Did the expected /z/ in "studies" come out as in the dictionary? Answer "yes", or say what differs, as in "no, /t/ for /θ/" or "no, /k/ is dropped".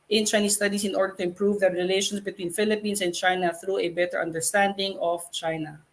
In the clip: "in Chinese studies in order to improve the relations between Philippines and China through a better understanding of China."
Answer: no, /s/ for /z/